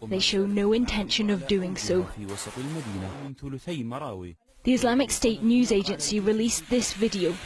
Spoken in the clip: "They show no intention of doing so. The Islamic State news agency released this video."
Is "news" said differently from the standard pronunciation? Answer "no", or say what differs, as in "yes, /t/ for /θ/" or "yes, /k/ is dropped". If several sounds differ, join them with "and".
no